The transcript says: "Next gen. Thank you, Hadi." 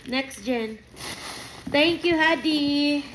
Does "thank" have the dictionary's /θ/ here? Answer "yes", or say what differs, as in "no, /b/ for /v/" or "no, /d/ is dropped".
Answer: no, /t/ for /θ/